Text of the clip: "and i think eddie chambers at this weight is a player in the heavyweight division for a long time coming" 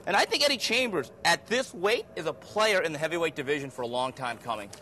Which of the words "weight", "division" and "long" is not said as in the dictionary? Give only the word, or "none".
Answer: none